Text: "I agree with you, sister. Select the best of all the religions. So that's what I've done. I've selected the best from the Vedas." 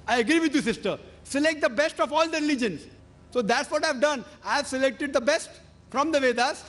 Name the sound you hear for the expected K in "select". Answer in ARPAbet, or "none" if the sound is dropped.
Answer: K